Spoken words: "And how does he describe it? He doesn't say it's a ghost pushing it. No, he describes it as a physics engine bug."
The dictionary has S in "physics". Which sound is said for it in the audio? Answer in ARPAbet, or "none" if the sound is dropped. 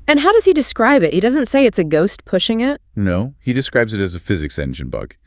S